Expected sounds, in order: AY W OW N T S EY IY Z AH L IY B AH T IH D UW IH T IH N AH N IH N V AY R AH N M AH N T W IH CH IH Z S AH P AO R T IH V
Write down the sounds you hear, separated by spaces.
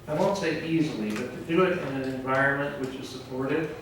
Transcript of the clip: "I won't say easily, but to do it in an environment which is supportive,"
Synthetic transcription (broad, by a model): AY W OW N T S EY IY Z L IY B AH T IH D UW IH T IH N AH N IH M V AY R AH N M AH N T W IH CH IH Z S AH P AO R T IH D